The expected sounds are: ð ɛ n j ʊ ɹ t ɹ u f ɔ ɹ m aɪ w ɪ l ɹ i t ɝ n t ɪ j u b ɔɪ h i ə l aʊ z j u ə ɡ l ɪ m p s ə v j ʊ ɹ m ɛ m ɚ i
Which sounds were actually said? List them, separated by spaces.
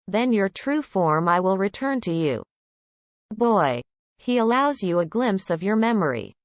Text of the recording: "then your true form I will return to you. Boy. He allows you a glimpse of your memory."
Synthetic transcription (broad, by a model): ð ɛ n j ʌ ɹ t ɹ u f ɔ ɹ m aɪ w ɪ l ɹ i t ɝ n t ɪ j u b ɔɪ h i ə l aʊ z j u ə ɡ l ɪ m p s ə v j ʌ ɹ m ɛ m ɚ i